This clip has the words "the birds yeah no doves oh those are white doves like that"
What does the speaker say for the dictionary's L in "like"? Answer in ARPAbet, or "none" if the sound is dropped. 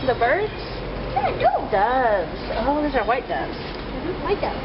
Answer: W